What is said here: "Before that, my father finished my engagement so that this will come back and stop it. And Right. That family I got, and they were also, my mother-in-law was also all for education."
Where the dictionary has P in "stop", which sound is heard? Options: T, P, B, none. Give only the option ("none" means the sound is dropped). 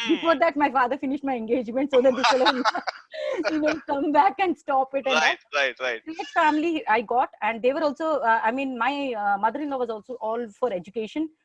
P